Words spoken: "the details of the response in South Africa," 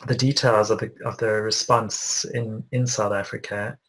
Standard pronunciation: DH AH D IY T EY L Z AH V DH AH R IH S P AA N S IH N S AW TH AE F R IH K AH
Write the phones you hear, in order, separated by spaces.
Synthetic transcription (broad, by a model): DH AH D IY T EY L Z AH V DH AH R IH S P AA N S IH N S AW TH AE F R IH K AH